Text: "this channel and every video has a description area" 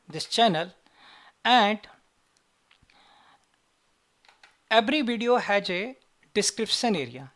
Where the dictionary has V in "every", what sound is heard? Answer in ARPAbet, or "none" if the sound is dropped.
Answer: B